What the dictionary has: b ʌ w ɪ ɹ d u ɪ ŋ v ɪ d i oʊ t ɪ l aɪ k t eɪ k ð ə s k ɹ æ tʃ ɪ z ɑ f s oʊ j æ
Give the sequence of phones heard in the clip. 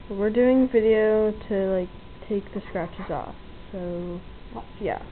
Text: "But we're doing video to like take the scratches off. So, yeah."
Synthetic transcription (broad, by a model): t w ɪ ɹ d u ɪ ŋ v ɪ d i oʊ t ɪ l aɪ k t eɪ k ð ə s k ɹ æ tʃ ɪ z ɑ f s oʊ j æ